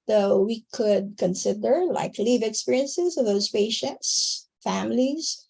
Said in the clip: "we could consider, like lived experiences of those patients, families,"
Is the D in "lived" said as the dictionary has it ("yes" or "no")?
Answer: no